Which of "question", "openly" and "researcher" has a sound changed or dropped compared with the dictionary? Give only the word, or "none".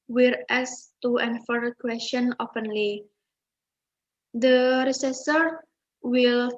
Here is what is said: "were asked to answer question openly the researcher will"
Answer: researcher